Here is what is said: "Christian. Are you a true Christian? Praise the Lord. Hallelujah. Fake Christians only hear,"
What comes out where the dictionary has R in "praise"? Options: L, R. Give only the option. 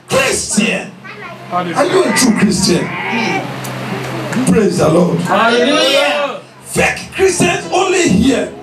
R